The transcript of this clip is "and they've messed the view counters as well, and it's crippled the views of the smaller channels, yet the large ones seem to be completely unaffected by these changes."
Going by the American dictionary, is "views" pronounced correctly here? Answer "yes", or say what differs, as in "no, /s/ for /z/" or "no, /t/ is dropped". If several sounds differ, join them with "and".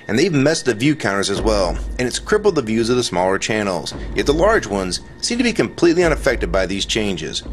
yes